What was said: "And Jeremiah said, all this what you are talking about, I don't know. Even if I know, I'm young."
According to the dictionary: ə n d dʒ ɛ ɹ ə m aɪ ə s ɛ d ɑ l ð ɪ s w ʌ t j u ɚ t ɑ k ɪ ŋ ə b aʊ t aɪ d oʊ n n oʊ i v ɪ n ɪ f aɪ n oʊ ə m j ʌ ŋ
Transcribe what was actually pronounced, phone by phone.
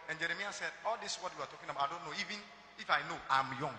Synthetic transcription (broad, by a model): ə n dʒ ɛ ɹ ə m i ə s ɛ d ɑ l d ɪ s w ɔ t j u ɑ t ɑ k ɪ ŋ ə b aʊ aɪ d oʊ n n oʊ i v ɪ n ɪ f aɪ n oʊ ə m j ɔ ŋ